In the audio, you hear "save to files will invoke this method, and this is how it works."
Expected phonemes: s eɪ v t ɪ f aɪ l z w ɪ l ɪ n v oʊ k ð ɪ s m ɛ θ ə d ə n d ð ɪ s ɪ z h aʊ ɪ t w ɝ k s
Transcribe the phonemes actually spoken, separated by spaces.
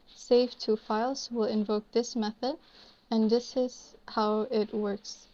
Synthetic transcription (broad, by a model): s eɪ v t ɪ f aɪ l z w ɪ l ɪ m v oʊ k ð ɪ s m ɛ θ ə d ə n ð ɪ s ɪ z h aʊ ɪ t w ɝ k s